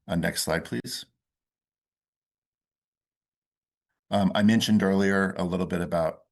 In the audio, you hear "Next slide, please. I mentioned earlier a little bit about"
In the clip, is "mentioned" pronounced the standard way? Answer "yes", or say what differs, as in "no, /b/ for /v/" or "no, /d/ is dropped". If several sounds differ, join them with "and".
yes